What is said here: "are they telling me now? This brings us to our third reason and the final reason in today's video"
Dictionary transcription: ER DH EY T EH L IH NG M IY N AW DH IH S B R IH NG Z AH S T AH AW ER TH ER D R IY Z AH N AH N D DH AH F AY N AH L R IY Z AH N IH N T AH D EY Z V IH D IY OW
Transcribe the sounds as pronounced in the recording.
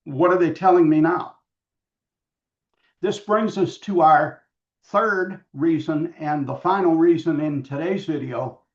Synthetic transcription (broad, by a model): ER DH EY T EH L IH NG M IY N AW DH IH S B R IH NG Z AH S T AH AW ER TH ER D R IY Z AH N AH N DH AH F AY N L R IY Z AH N IH N T AH D EY Z V IH D IY OW